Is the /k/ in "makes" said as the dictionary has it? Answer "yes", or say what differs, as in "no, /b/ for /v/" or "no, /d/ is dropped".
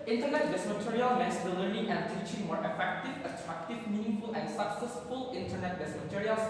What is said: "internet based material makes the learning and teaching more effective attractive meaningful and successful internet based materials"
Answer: no, /k/ is dropped